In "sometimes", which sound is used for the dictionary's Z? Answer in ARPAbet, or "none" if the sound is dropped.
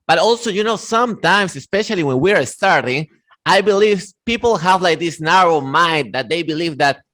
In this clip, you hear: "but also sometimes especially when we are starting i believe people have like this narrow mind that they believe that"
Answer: S